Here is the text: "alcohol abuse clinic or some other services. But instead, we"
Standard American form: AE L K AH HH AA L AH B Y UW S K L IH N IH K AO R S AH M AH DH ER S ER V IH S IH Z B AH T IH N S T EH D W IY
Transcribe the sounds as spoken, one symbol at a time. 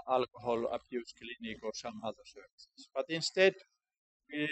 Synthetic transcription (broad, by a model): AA L K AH HH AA L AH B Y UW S K L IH N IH K AO R S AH M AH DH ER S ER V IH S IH S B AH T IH N S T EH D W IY